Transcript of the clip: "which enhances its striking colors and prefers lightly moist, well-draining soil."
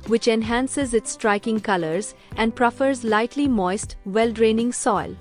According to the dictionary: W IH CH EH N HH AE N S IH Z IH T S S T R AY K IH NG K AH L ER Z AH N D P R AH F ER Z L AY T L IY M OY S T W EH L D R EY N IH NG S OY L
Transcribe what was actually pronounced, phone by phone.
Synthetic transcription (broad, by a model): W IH CH EH N HH AE N S IH Z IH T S S T R AY K IH NG K AH L ER Z AH N D P R AH F ER Z L AY T L IY M OY S T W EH L D R EY N IH NG S OY L